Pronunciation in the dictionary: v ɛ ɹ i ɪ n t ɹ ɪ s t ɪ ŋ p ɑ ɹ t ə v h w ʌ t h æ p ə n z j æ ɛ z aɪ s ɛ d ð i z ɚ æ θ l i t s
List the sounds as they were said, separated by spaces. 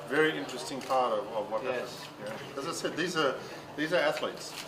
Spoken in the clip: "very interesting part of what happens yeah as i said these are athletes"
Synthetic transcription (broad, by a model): v ɛ ɹ i ɪ n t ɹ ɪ s t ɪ ŋ p ɑ ɹ t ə v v w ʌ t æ ə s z j æ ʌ z aɪ s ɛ d ð i z ɚ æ θ l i t s